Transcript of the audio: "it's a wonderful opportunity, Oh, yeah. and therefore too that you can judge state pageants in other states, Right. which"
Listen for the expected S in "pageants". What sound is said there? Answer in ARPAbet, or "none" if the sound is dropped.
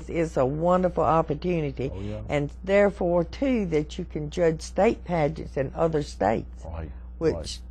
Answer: S